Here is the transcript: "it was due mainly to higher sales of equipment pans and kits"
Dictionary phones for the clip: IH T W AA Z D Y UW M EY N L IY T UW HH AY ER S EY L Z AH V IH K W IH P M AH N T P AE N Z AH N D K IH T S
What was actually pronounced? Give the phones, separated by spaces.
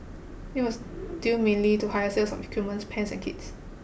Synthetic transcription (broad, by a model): IH T W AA S D Y UW M EY N L IY T UW HH AY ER S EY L S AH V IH K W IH M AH N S P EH N S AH N K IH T S